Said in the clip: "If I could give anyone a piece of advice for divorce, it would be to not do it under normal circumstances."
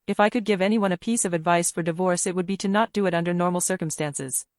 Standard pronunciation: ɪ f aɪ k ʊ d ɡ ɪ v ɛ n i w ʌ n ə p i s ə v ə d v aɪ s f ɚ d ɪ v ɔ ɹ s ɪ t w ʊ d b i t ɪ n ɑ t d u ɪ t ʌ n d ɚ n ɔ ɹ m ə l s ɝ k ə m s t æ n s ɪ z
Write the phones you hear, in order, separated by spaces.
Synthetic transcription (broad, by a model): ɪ f aɪ k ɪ d ɡ ɪ v ɛ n i w ʌ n ə p i s ə v ə d v aɪ s f ɚ d ɪ v ɔ ɹ s ɪ t w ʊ d b i t ɪ n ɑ t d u ɪ t ʌ n d ɚ n ɔ ɹ m l s ɝ k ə m s t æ n s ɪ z